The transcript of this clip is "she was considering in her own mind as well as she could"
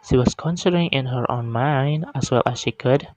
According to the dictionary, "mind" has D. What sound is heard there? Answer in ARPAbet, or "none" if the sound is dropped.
D